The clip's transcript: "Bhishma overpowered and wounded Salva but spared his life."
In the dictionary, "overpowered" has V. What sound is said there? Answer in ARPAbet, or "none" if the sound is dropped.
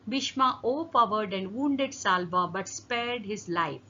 P